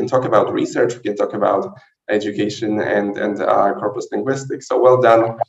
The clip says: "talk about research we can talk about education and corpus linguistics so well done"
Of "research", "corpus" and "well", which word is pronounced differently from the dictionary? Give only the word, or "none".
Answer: none